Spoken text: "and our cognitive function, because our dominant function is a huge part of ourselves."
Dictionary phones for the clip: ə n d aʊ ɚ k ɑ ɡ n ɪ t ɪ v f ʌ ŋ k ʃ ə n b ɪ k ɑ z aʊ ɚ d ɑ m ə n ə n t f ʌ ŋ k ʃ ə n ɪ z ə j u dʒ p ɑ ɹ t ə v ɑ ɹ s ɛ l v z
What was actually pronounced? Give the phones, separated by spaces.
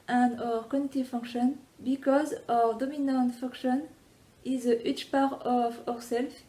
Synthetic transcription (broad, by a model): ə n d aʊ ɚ k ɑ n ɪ t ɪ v f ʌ ŋ k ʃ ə n b ɪ k ɑ z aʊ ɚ d ɑ m ə n ə n t f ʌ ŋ k ʃ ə n ɪ z ə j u tʃ p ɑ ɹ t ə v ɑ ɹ s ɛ l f